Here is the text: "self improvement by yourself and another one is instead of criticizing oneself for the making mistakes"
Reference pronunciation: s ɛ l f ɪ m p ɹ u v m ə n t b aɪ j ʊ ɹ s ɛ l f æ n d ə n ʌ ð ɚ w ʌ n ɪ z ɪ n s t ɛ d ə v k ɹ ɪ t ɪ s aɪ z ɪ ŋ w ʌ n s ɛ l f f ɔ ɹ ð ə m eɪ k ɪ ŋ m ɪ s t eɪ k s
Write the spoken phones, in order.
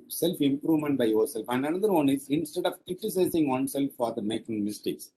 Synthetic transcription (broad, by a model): s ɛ l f ɪ m p ɹ u v m ə n t b aɪ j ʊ ɹ s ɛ l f æ n d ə n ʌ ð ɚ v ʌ n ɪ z ɪ n s t ɛ d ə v k ɹ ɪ t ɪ s aɪ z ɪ ŋ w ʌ n s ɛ l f f ɔ ɹ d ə m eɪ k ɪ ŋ m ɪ s t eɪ k s